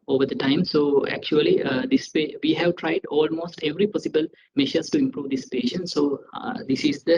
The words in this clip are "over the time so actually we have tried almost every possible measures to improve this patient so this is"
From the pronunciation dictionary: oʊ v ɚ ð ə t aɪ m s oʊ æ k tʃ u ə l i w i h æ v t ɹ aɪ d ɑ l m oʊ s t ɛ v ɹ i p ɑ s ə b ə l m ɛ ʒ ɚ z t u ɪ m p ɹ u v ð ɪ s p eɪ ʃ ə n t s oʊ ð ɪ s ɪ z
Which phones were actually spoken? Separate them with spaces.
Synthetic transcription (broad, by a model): oʊ v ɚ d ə t aɪ m s oʊ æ k tʃ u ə l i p i h æ v t ɹ aɪ d ɑ l m oʊ s t ɛ v ɹ i p ɑ s ə b ə l m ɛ ʃ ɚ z t u ɪ m p ɹ u v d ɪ s p eɪ ʃ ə n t s oʊ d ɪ s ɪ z